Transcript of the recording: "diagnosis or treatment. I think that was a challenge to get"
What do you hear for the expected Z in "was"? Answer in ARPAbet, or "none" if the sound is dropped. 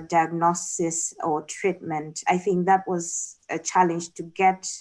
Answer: Z